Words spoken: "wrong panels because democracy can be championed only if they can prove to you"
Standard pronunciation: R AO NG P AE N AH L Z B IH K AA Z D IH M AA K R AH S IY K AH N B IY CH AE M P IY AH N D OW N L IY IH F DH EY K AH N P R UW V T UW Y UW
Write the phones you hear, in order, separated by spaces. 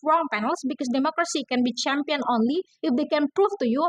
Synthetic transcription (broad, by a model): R AO NG P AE N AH L S B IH K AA S D IH M AA K R AH S IY K AH N B IY CH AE M P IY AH N OW N L IY IH F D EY K AH N P R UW F T UW Y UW